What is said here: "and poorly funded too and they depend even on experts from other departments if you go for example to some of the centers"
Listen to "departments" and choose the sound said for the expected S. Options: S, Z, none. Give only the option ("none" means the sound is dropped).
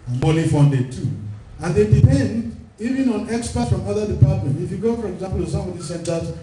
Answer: none